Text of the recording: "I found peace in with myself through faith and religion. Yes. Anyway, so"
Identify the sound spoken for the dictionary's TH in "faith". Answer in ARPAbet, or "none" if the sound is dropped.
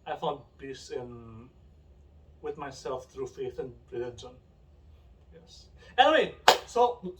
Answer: TH